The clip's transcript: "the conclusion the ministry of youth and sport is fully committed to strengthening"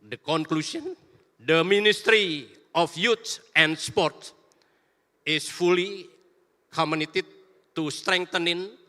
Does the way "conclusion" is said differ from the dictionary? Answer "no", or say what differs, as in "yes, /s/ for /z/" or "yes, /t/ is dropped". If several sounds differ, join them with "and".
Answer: yes, /s/ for /ʒ/